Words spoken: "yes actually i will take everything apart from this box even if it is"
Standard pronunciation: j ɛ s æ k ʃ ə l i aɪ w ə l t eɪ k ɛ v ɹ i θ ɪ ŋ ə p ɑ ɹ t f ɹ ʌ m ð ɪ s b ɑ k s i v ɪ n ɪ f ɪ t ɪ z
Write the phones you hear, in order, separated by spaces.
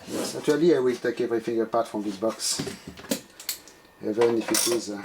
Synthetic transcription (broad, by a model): j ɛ s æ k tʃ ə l i aɪ w ə l t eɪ k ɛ v ɹ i f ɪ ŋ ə p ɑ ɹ t f ɹ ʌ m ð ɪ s b ɑ k s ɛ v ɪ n ɪ f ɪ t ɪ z